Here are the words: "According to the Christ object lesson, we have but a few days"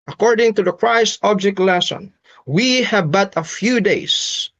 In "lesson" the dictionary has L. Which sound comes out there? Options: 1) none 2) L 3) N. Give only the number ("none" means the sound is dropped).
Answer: 2